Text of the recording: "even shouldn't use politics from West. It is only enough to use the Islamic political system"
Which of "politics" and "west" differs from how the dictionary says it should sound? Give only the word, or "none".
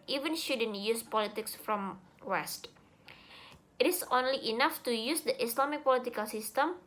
none